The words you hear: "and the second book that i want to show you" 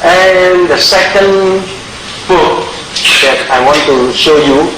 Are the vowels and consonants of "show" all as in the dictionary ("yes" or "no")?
yes